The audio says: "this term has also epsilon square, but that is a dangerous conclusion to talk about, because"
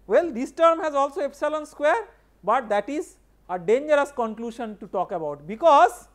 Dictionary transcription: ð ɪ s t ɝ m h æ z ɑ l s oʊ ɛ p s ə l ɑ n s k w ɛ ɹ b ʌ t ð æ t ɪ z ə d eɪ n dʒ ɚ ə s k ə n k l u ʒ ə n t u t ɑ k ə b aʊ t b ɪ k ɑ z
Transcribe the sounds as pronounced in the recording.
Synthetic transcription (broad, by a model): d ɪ s t ɝ m h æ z ɑ l s oʊ ɛ p s ə l ɑ n s k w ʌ ɹ b ʌ t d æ t ɪ z ə d eɪ n dʒ ɚ ə s k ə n k l u ʃ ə n t u t ɑ k ə b aʊ t b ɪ k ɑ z